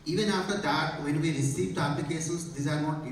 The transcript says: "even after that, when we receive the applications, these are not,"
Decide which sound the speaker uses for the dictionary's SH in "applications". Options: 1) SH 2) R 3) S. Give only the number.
3